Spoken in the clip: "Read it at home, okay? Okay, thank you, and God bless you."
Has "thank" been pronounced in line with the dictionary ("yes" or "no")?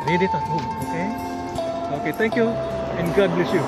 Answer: no